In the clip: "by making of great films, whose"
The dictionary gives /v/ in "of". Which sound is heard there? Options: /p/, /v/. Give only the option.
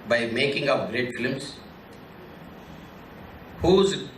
/p/